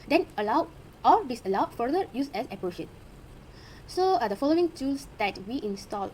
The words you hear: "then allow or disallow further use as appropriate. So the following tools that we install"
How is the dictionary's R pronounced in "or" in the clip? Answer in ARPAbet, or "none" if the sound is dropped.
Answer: L